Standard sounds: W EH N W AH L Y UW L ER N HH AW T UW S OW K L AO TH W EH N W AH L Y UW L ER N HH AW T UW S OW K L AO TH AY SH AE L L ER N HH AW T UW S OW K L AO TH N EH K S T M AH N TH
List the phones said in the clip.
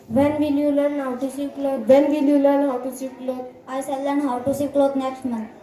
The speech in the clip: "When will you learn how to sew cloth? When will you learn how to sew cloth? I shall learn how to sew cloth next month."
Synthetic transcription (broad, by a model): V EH N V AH L Y UW L ER N HH AW T UW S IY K L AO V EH N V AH L Y UW L ER N HH AW T UW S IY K L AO T AY S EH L L ER N HH AW T UW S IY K L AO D N EH K S T M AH N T